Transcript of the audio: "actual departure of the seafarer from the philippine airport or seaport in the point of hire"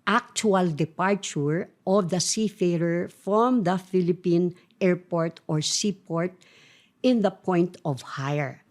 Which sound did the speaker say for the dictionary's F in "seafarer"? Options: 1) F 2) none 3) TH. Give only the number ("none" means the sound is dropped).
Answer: 1